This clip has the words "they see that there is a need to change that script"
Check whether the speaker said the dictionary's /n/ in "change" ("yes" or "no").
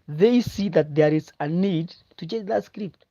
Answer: no